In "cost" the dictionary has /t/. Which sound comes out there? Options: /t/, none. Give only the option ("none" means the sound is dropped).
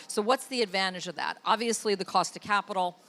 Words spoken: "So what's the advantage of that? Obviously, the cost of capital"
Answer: /t/